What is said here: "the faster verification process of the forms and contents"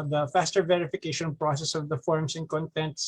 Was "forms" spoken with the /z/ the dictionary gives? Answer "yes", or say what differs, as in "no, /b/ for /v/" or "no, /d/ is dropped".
no, /s/ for /z/